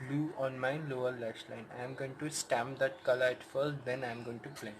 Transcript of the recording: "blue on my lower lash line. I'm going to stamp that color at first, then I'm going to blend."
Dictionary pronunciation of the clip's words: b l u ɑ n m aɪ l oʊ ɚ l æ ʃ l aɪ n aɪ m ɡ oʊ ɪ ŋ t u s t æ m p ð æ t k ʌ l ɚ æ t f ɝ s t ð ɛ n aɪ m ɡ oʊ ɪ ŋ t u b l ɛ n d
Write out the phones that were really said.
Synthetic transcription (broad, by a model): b l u ɑ n m aɪ l oʊ ɚ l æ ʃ l aɪ n aɪ m ɡ oʊ ɪ ŋ t u s t æ m p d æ t k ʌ l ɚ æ t f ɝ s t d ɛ n aɪ m ɡ oʊ ɪ ŋ t u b l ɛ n